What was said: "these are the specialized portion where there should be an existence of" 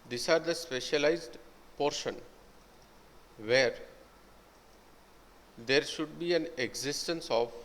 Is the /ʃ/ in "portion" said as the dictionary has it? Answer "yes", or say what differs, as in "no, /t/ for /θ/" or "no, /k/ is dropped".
yes